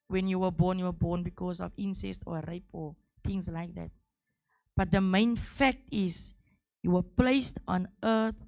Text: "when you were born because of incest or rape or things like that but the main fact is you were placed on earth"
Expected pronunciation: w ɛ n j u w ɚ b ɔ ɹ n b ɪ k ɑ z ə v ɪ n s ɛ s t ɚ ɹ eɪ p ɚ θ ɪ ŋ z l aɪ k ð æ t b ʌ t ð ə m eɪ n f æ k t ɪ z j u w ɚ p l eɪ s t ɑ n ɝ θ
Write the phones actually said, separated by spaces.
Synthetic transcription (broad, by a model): w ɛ n j u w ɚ b ɔ w n b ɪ k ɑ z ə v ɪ n s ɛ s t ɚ ɹ eɪ p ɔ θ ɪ ŋ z l aɪ k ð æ t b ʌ t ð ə m eɪ n f æ k t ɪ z j u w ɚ p l eɪ s t ɑ n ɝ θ